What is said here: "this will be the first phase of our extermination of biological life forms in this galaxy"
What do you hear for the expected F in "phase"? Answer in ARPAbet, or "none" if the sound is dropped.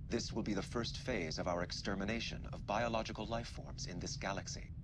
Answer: F